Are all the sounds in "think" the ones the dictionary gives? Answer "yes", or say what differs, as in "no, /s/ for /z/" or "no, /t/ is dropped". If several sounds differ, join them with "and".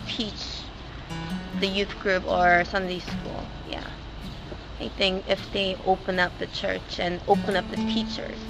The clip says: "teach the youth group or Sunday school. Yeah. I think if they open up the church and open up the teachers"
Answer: yes